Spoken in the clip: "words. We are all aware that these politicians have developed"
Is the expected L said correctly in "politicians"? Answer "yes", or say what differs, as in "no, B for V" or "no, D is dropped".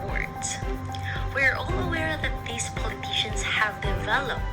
yes